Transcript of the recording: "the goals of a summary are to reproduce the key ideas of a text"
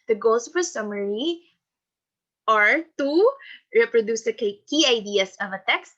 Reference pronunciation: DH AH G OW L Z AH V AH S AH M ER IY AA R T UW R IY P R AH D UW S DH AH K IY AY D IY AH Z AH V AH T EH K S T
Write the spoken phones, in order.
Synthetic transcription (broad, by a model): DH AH G OW L S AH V AH S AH M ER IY AA R T UW R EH P R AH D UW S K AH K IY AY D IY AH S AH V AH T EH K S T